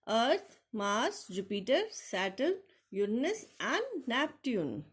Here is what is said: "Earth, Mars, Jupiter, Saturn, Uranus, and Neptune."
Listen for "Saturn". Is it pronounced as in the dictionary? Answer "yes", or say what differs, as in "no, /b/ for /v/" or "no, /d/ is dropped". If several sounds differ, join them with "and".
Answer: no, /l/ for /n/